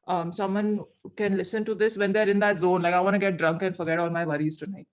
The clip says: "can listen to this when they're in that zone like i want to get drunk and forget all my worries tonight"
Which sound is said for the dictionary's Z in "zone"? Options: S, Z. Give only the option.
Z